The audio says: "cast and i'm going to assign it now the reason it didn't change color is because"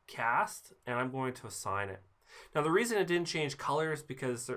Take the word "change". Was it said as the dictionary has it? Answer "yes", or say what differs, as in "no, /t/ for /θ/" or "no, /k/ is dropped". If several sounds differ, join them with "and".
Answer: no, /ʒ/ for /dʒ/